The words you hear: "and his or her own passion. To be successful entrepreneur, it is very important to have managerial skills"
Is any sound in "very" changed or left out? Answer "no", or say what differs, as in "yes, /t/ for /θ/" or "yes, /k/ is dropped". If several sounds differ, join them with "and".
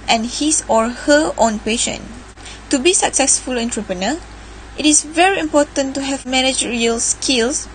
no